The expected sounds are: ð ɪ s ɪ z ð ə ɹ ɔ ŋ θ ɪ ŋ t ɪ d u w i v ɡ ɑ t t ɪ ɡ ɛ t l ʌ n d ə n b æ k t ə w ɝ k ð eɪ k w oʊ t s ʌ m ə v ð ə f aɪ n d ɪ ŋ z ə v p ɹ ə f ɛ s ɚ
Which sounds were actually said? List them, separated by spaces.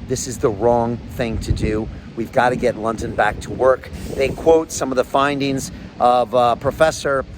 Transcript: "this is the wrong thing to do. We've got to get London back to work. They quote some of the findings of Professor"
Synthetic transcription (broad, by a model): ð ɪ s ɪ z ð ə ɹ ɔ ŋ θ ɪ ŋ t ɪ d u w i v ɡ ɑ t t ɪ ɡ ɛ t l ʌ n d ə n b æ k t ə w ɝ k ð eɪ k w oʊ t s ʌ m ə v ð ə f aɪ n d ɪ ŋ z ə v p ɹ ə f ɛ s ɚ